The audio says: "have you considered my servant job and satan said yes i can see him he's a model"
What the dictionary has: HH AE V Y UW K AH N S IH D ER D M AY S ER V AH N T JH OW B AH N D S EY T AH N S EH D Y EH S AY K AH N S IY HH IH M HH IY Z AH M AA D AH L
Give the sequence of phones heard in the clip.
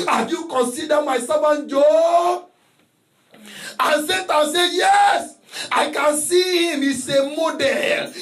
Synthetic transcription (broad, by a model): HH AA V Y UW K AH N S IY D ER M AY S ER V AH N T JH OW AH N S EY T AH S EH Y EH S AY K AH N S IY HH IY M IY S AH M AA D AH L